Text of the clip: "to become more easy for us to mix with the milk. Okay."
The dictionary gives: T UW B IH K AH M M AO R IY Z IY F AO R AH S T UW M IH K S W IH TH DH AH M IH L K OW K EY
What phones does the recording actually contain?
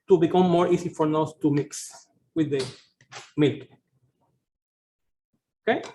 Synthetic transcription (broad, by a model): T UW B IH K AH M M AO R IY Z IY F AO R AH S T UW M IH K S W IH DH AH M IH L K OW K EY